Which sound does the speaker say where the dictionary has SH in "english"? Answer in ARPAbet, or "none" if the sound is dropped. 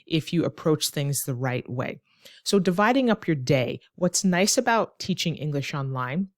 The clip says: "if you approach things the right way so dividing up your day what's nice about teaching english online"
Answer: SH